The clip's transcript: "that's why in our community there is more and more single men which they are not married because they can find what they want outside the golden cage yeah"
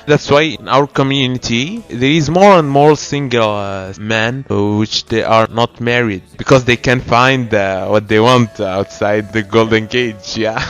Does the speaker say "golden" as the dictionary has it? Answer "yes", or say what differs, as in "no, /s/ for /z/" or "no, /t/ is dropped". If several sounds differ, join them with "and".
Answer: yes